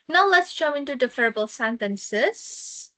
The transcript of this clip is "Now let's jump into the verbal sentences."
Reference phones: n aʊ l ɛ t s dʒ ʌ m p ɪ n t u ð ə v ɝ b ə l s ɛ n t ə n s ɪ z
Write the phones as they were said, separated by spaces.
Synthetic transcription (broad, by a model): n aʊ l ɛ t s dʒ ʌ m ɪ n t u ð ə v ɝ b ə l s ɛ n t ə n s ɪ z